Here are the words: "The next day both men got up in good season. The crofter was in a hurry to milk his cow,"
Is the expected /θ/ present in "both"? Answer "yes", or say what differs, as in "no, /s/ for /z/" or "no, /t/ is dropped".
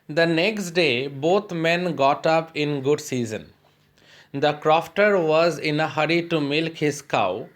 no, /t/ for /θ/